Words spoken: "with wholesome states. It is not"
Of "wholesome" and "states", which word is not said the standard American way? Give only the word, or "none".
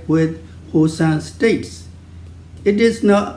wholesome